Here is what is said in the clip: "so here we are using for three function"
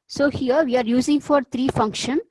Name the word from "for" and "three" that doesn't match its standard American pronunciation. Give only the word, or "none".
three